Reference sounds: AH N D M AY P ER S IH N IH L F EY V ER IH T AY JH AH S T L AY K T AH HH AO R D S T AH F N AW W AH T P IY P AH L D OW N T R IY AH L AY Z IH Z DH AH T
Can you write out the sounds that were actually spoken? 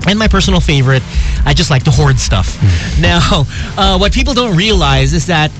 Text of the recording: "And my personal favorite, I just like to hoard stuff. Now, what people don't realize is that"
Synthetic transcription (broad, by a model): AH N M AY P ER S N L F EY V ER IH T AY JH AH S T L AY K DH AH HH AO R D S T AH F N AW W AH T P IY P L D OW N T R IY AH L AY Z IH Z DH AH T